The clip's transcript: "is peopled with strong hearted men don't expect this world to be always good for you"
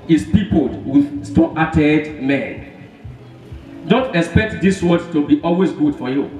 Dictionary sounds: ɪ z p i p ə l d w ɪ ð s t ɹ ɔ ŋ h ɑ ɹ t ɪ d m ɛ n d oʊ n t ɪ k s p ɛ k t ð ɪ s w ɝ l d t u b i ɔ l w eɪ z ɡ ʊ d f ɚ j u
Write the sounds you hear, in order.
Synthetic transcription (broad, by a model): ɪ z p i p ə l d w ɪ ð s t ɔ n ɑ t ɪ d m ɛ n d oʊ n t ɪ k s p ɛ k t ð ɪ s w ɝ d t u b i ɔ l w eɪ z ɡ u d f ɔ j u